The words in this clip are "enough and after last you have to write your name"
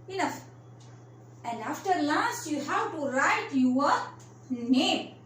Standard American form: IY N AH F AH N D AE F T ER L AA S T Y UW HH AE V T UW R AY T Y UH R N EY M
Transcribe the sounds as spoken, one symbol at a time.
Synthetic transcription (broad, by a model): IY N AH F AH N D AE F T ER L AA S T Y UW HH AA W T UW R AY T Y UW W N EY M